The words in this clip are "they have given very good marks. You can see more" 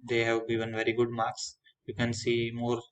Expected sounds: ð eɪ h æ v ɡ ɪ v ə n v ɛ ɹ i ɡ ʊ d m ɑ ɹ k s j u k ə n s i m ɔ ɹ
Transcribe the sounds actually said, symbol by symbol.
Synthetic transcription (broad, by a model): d eɪ h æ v ɡ ɪ v ə n v ɛ ɹ i ɡ ʊ d m ɑ ɹ k s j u k ə n s i m ɔ ɹ